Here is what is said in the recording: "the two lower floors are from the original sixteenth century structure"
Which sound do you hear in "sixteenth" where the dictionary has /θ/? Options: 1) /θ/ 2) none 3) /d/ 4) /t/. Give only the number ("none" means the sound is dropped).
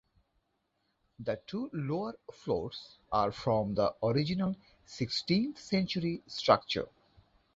4